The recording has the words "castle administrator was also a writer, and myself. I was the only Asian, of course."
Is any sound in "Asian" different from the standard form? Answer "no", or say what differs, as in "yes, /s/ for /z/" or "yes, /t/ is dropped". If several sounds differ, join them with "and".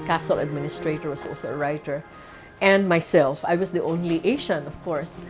yes, /ʃ/ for /ʒ/